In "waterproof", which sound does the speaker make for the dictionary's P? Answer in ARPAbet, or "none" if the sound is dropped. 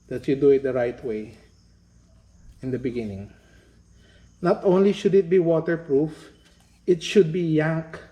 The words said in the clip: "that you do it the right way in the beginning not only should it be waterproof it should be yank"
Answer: P